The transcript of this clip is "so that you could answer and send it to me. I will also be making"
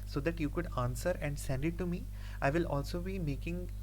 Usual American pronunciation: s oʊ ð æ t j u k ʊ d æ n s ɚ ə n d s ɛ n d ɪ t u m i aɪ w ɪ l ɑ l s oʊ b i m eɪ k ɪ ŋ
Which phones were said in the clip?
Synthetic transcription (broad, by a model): s oʊ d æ t j u k ʊ d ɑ n s ɚ ə n d s ɛ n d ɪ t u m i aɪ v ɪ l ɑ l s oʊ b i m eɪ k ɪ ŋ